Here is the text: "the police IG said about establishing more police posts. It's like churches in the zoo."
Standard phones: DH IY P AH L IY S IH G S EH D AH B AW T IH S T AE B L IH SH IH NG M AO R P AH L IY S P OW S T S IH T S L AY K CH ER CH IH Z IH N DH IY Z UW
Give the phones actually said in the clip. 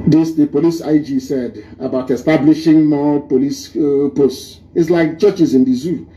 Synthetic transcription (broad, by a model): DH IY P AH L IY S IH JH S EH D AH B AW T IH S T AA B L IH SH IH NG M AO P AH L IY S P OW S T IH T S L AY K CH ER CH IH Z IH N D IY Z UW